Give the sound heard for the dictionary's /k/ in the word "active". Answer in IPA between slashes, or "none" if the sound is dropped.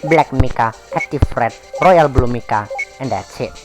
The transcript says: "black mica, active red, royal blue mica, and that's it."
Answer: none